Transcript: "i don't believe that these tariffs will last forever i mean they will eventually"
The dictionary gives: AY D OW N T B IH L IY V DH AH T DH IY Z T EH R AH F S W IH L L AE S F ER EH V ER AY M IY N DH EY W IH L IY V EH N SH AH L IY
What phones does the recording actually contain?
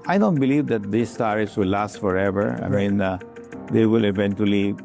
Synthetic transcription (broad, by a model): AY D OW N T B IH L IY V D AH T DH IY S T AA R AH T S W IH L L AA S F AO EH V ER AY M IY N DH EY W IH L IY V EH N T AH L IY